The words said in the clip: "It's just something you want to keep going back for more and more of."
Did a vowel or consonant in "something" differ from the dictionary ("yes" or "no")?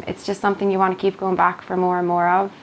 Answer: no